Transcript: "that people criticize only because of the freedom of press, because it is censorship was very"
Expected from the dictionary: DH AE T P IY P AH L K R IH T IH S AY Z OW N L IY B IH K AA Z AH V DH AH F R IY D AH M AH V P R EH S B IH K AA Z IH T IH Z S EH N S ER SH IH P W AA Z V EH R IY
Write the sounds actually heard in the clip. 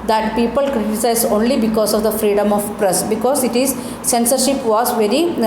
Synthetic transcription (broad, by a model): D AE T P IY P AH L K R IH T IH S AY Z OW N L IY B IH K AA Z AH V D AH F R IY D AH M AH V P R EH S B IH K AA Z IH T IH Z S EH N S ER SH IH P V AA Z V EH R IY